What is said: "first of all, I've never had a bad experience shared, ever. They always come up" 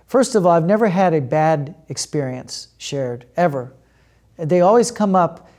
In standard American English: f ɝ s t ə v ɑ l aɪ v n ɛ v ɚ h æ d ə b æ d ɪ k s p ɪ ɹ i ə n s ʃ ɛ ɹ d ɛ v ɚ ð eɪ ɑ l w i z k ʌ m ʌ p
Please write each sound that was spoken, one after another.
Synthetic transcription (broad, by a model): f ɝ s t ə v ɑ l aɪ v n ɛ v ɚ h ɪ d ə b æ d ɪ k s p ɪ ɹ i ə n s ʃ ɛ ɹ d ɛ v ɚ ð eɪ ɑ l w i z k ʌ m ʌ p